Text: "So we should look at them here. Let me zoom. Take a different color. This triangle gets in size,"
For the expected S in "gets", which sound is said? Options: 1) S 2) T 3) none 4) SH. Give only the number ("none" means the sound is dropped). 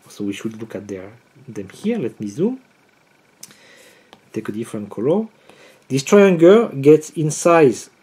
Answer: 1